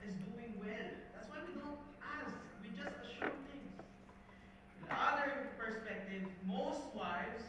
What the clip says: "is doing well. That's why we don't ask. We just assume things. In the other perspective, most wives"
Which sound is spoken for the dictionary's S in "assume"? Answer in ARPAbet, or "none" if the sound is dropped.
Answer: SH